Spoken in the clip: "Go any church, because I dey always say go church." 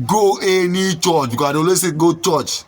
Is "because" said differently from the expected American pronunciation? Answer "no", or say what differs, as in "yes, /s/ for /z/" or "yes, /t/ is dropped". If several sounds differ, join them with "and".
yes, /z/ is dropped